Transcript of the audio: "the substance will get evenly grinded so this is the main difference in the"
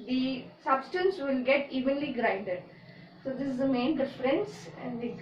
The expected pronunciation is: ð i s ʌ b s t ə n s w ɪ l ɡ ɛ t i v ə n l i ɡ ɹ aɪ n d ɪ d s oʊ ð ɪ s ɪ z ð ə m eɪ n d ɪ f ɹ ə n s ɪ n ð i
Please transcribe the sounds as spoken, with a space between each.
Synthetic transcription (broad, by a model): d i s ʌ b s t ə n s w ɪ l ɡ ɛ t i v ə n l i ɡ ɹ aɪ n d ɪ d s oʊ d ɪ s ɪ z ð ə m eɪ n d ɪ f ɹ ə n s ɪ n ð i